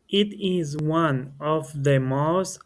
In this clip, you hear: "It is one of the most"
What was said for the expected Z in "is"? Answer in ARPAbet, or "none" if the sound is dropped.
Z